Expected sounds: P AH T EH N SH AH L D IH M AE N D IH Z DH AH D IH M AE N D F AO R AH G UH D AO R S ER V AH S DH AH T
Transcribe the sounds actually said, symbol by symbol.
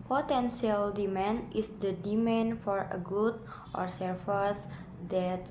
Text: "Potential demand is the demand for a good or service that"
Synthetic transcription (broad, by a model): P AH T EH N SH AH L D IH M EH N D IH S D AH D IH M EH N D F AO R AH G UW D AO R S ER F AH S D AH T